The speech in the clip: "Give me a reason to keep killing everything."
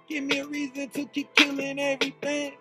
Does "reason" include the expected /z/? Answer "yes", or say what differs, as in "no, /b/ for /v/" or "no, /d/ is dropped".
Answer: yes